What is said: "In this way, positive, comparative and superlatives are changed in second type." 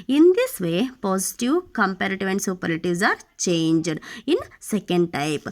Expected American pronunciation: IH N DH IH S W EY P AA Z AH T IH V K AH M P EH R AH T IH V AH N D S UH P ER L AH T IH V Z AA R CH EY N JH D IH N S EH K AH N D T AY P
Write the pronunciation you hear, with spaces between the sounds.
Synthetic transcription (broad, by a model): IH N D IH S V EY P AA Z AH T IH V K AH M P EH R AH T IH V AH N D S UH P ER AH T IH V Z AA R CH EY N JH D IH N S EH K AH N D T AY P